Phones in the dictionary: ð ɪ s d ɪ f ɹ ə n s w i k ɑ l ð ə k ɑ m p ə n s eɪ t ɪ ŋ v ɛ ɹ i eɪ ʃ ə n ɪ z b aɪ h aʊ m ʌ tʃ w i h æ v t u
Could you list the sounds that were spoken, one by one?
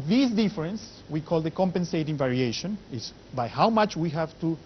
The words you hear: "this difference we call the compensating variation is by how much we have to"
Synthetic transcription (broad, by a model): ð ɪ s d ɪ f ɹ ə n s w i k ɑ l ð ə k ɑ m p ə n s eɪ t ɪ ŋ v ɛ ɹ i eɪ ʃ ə n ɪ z b aɪ h aʊ m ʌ tʃ w i h æ v t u